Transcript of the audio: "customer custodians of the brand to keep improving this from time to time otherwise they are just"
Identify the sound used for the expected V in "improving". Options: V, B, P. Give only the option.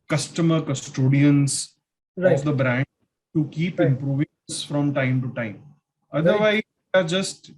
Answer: V